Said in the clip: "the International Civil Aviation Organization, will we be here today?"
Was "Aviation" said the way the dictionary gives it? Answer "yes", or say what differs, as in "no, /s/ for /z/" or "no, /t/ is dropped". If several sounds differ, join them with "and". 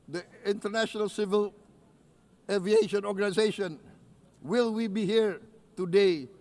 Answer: yes